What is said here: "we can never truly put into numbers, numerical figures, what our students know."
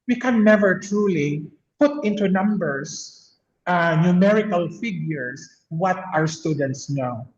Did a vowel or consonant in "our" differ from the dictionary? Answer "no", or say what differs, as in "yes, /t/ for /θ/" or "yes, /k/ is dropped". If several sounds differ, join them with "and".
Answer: no